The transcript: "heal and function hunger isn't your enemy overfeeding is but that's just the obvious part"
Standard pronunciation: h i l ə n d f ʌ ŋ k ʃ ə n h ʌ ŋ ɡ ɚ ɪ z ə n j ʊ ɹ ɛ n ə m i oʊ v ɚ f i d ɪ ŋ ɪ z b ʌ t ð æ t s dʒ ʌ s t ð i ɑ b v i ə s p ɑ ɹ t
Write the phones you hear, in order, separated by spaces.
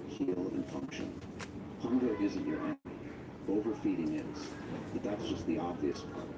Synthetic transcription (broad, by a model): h i l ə n f ʌ ŋ k ʃ ə n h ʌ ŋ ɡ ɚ ɪ z ə n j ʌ ɹ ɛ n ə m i oʊ v ɚ f i d ɪ ŋ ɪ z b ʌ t ð æ t s dʒ ʌ s t ð i ɑ b v i ə s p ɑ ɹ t